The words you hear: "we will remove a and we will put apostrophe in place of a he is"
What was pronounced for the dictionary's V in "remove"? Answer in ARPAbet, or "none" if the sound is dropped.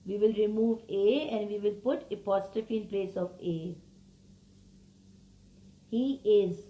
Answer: V